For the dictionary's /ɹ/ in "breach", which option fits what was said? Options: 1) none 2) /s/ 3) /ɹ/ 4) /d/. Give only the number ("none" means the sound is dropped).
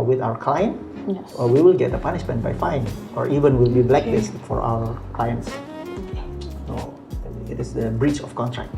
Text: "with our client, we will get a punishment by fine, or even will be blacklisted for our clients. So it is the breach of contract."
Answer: 3